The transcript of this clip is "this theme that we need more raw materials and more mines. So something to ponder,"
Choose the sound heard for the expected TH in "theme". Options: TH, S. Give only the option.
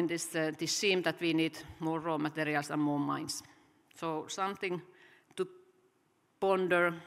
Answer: S